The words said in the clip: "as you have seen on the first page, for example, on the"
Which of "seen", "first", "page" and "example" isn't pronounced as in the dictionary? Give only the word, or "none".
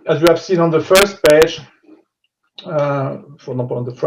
example